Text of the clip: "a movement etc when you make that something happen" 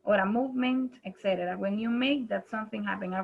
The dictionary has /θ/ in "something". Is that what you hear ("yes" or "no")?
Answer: yes